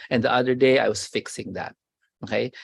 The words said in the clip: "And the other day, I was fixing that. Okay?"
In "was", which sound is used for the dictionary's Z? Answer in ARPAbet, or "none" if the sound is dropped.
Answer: S